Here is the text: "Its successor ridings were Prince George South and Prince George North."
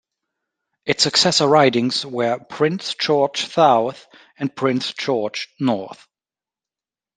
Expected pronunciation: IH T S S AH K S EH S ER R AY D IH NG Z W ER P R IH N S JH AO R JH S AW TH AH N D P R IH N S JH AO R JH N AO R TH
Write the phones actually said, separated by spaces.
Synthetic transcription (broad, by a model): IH T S S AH K S EH S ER R AY D IH NG Z W ER P R IH N S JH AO R CH S AW TH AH N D P R IH N S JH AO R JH N AO R TH